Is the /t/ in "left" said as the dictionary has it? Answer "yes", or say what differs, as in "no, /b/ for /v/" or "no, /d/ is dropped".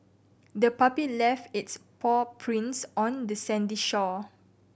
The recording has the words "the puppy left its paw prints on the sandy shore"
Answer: yes